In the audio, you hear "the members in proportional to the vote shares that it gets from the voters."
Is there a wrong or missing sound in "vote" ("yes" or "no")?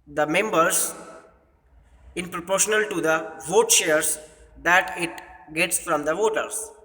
no